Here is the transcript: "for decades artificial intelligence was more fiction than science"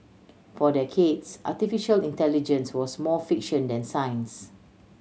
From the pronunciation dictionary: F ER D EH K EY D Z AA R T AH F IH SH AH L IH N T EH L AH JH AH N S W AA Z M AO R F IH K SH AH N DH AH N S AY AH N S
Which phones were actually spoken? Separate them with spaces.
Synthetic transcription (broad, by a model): F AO D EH K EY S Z AA T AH F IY SH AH L IH N T EH L AH JH AH N S W AA S M AO F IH K SH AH N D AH N S AY N S